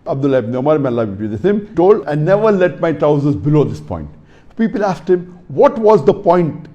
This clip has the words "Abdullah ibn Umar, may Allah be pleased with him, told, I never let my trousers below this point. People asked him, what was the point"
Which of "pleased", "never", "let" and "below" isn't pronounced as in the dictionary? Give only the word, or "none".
pleased